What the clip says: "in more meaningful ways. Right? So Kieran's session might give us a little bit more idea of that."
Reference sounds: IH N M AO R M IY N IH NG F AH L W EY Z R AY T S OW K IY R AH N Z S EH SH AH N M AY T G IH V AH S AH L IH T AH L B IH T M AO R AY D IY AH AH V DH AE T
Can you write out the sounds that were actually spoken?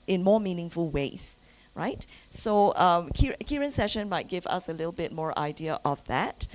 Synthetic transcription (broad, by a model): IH N M AO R M IY N IH NG F AH L W EY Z R AY T S OW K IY R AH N S EH SH AH N M AY T G IH V AH S AH L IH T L B IH T M AO R AY D IY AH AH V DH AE T